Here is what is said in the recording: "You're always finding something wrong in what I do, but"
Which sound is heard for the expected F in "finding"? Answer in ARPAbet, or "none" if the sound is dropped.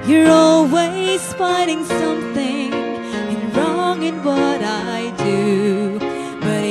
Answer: P